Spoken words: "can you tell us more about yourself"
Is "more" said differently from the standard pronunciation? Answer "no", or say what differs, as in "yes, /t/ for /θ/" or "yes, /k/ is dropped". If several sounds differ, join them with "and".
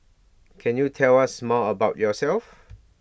yes, /l/ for /ɹ/